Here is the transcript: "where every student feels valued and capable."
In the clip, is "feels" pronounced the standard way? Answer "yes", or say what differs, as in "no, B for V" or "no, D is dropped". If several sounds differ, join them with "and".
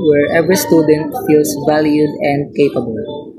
no, S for Z